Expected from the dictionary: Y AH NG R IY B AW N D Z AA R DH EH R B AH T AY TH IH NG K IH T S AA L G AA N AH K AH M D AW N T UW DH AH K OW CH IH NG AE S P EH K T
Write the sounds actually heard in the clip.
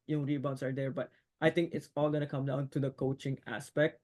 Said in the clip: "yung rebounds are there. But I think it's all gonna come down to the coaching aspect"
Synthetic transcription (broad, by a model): Y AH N R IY B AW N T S AA R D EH R B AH T AY T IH NG K IH T S AA L G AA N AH K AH M D AW N T UW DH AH K OW CH IH NG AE S P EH K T